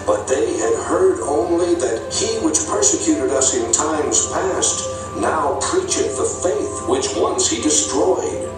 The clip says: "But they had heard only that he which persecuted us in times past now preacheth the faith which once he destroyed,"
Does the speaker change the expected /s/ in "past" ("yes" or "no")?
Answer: no